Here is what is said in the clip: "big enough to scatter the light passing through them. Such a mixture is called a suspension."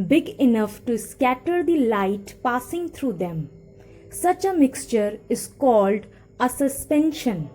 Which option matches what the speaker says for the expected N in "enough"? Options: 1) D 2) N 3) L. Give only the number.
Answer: 2